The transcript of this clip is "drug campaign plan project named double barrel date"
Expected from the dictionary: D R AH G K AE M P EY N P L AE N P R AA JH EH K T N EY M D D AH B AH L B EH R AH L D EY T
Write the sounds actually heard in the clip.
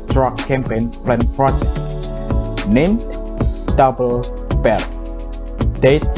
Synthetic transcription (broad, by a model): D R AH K K AE M P EY N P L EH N F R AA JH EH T N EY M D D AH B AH L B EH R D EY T